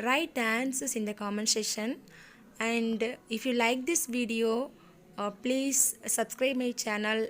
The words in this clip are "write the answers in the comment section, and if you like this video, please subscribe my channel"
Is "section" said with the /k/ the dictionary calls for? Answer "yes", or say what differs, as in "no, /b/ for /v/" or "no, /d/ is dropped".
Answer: no, /k/ is dropped